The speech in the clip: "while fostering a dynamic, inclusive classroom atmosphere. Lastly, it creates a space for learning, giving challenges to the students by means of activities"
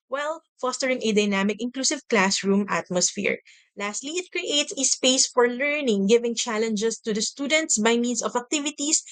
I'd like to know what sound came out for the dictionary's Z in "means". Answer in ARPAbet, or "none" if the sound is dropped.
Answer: S